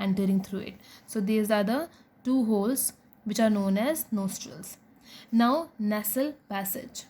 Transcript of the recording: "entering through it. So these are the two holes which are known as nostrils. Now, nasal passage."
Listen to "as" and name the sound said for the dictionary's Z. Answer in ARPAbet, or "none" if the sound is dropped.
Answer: Z